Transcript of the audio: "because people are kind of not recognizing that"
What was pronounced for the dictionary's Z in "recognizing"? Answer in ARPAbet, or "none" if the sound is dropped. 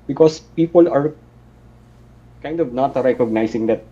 S